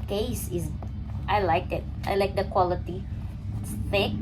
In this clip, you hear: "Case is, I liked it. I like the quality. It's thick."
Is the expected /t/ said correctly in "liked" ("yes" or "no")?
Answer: no